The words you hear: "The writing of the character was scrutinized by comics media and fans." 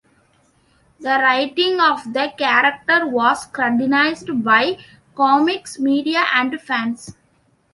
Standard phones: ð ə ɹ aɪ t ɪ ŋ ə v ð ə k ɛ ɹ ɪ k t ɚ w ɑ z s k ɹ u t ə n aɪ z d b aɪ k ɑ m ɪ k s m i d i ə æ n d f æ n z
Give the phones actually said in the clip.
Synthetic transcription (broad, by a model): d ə ɹ aɪ t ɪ ŋ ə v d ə k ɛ ɹ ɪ k t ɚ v ɑ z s k ɹ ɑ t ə n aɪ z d b aɪ k ɑ m ɪ k s m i d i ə æ n d f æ n s